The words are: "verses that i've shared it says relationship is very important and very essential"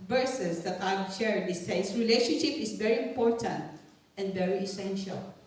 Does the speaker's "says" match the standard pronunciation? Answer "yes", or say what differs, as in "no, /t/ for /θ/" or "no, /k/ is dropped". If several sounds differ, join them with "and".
no, /s/ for /z/